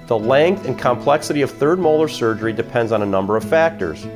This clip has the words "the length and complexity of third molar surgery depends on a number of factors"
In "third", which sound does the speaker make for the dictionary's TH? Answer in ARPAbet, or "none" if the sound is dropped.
TH